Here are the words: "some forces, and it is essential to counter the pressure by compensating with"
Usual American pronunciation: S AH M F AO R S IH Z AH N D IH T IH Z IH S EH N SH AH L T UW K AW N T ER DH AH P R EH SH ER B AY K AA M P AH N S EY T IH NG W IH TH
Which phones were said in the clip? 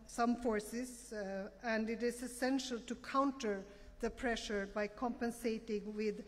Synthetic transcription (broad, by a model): S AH M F AO R S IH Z AH N D IH T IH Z IH S EH N SH AH L T UW K AW N T ER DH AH P R EH SH ER B AY K AA M P AH N S EY T IH NG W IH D